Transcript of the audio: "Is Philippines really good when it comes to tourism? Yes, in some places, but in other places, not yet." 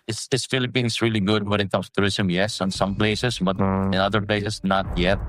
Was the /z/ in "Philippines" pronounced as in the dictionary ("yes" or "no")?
no